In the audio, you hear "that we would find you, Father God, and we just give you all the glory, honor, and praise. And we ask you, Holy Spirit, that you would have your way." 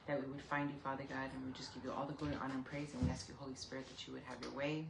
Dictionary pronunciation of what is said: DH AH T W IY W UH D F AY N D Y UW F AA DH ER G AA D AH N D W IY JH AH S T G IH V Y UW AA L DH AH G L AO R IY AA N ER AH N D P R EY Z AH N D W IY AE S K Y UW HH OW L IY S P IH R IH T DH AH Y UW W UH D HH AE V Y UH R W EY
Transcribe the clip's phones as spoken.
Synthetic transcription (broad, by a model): DH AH T W IY W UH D F AY N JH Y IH F AA DH ER G AA D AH N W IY JH AH S G IH V Y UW AA L DH AH G UH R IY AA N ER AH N P R EY Z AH N W IY AE S K Y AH HH OW L IY S P IH R IH T DH AH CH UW W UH D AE V Y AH R W EY